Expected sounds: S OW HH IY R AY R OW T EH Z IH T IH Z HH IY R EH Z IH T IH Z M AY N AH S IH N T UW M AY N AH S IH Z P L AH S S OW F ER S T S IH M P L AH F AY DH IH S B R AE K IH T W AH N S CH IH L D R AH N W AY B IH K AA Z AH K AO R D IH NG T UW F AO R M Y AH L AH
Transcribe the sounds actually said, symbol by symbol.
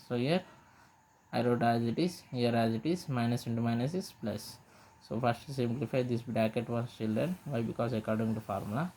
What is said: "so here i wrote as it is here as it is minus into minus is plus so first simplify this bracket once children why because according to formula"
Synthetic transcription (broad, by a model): S OW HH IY R AY R OW T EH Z IH T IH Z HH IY R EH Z IH T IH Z M AY N AH S IH N T UW M AY N AH S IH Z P L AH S S OW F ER S T S IH M P L AH F AY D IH S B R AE K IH T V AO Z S CH IH L D R AH N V AY B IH K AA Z AH K AO R D IH NG T UW F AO R M L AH